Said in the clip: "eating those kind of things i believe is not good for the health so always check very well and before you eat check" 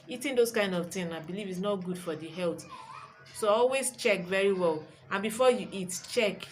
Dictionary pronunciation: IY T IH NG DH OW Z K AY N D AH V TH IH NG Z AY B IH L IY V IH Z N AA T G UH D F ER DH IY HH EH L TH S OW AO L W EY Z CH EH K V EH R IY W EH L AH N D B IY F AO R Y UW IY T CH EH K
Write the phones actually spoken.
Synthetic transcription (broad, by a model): IY T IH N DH OW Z K AY N D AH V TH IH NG AY B IH L IY V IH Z N AA T G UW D F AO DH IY HH EH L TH S OW AO L W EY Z CH EH K V EH R IY W EH L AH N B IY F AO Y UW IY T CH EH K